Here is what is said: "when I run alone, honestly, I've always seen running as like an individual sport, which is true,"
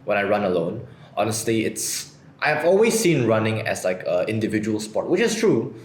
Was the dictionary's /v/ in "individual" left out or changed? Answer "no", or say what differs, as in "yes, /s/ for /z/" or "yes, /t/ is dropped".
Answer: no